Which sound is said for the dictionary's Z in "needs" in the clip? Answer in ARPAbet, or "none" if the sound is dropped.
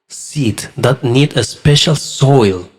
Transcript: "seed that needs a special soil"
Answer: none